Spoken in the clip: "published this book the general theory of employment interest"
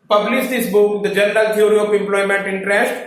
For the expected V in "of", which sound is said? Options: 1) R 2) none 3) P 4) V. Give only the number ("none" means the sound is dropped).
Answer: 3